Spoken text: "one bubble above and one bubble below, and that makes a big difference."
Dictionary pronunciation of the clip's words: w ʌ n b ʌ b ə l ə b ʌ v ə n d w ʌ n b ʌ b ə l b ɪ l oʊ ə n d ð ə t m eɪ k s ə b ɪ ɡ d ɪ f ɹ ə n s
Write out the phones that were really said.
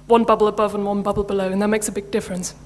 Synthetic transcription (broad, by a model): w ʌ n b ʌ b l ə b ʌ v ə n w ʌ n b ʌ b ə l b ɪ l oʊ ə n ð ə t m eɪ k s ə b ɪ ɡ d ɪ f ɹ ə n s